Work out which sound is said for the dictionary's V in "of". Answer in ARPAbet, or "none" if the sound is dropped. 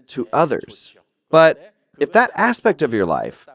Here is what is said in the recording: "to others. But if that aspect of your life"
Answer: V